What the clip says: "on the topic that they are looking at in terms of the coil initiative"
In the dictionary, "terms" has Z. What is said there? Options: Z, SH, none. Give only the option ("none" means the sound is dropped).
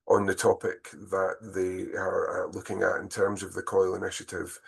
Z